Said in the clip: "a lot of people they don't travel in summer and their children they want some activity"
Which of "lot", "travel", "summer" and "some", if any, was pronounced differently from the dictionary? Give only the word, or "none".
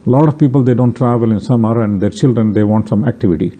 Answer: none